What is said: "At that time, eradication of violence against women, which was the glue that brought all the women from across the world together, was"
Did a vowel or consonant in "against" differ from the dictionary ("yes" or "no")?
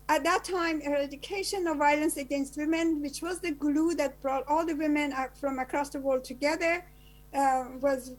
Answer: no